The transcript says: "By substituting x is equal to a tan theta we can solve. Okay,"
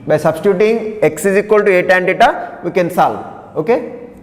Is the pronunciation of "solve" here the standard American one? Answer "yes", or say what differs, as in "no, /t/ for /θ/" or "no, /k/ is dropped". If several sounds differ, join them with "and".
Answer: no, /v/ is dropped